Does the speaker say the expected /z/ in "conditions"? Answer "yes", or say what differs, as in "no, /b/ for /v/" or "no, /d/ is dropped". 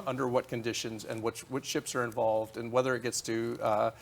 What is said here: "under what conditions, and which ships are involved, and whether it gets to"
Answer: yes